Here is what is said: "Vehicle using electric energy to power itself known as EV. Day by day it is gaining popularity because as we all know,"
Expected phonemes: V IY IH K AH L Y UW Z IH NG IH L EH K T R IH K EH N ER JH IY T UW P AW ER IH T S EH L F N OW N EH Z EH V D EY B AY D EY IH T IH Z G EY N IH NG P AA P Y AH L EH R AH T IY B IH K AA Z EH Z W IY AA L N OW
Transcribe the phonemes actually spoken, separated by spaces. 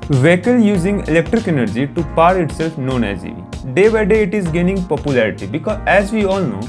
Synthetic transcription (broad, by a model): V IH K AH L Y UW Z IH NG IH L EH K T R IH K EH N ER JH IY T UW P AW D IH T S EH L F N OW N EH Z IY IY D EY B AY D EY IH T IH Z G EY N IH NG P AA P Y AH L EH R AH T IY B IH K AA EH Z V IY AA L N OW